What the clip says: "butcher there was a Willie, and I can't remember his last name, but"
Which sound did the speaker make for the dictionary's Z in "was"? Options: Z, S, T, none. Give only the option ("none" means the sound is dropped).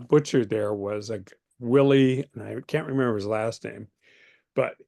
Z